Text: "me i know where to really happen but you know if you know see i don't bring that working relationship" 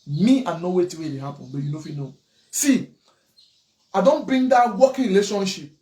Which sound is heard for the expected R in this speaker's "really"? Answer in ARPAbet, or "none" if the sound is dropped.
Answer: W